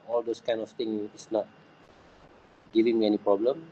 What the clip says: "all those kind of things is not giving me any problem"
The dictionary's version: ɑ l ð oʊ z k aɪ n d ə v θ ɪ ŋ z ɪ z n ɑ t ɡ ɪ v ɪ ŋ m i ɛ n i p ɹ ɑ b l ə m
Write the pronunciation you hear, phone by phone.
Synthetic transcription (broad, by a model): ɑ l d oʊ s k aɪ n ə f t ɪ ŋ ɪ s n ɑ t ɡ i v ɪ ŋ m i ɛ n i p ɹ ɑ b l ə m